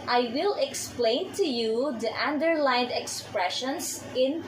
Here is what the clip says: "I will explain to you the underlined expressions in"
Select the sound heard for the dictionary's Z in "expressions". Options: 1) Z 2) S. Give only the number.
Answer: 2